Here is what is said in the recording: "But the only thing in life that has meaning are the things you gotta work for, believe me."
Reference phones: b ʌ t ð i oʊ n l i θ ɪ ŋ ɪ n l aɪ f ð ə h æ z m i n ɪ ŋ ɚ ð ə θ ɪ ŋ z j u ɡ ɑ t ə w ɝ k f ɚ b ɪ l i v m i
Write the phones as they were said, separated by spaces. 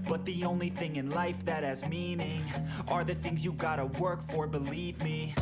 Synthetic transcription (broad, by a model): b ʌ t ð i oʊ n l i θ ɪ ŋ ɪ n l aɪ f ð ə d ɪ z m i n ɪ ŋ ɚ ð ə θ ɪ ŋ z j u ɡ ɑ t ə w ɝ k f ɚ b ɪ l i v m i